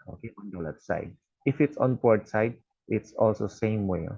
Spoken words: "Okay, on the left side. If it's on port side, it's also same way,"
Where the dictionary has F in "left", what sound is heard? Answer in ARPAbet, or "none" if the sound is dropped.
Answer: none